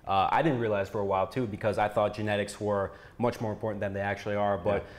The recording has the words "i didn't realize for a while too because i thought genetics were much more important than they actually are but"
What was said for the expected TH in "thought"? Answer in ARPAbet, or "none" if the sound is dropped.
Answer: TH